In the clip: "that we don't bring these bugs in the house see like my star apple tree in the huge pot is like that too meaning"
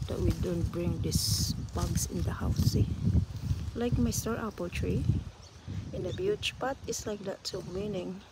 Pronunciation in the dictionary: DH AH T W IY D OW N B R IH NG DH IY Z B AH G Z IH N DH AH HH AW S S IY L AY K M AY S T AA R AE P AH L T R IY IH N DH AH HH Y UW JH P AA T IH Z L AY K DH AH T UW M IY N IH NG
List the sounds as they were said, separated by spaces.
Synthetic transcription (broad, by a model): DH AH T W IY D OW N B R IH NG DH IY S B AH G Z IH N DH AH HH AW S S IY L AY K M AY S T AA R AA P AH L T R IY IH N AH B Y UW CH P AA T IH S L AY K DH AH T UW M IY N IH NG